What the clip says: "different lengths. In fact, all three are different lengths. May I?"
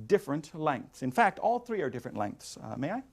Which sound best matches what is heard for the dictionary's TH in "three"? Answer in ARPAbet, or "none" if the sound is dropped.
TH